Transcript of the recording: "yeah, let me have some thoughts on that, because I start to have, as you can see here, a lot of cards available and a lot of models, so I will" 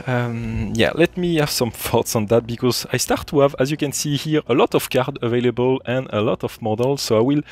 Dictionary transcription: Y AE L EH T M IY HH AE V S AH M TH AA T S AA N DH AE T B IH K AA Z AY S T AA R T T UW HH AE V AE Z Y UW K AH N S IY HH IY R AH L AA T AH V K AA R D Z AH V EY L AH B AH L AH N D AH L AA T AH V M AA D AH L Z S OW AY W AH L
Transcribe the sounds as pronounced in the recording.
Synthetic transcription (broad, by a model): Y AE L EH T M IY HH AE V S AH M TH AA T S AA N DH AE T B IH K AA Z AY S T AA R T T UW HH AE V AE Z Y UW K AH N S IY HH IY R AH L AA T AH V K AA R D AH V EY L AH B AH L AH N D AH L AA T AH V M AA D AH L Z S OW AY W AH L